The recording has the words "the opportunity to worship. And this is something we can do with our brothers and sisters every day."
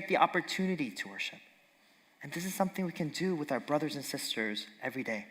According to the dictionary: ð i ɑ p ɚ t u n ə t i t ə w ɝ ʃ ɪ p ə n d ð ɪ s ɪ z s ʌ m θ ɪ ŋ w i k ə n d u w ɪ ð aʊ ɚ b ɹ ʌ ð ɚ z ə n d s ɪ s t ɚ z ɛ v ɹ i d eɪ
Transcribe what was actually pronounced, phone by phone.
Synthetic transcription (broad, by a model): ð i ɑ p ɚ t u n ə t i t ə w ɝ ʃ ɪ p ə n ð ɪ s ɪ z s ʌ m θ ɪ ŋ w i k ə n d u w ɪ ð aʊ ɚ b ɹ ʌ ð ɚ z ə n s ɪ s t ɚ z ɛ v ɹ i d eɪ